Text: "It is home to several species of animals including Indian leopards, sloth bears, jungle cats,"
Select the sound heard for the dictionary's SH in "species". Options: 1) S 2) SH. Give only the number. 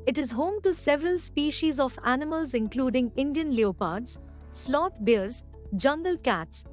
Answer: 2